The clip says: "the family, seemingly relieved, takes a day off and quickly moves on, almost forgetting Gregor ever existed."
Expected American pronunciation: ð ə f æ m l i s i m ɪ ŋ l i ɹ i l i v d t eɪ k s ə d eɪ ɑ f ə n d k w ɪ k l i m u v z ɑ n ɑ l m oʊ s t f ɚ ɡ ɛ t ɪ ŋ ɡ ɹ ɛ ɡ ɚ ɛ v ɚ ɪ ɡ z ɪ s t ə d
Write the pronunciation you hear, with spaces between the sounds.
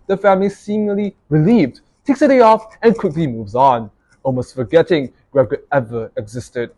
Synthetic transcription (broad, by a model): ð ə f æ m l i s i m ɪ l i ɹ i l i v d t eɪ k s ə d eɪ ɑ f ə n k w ɪ k l i m u v z ɑ n ɑ l m oʊ s t f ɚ ɡ ɛ t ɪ ŋ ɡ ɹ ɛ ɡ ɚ ɛ v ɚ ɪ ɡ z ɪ s t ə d